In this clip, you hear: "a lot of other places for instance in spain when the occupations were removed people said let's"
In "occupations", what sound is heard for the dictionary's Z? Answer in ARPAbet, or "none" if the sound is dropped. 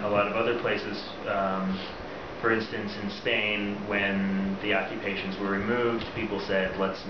Z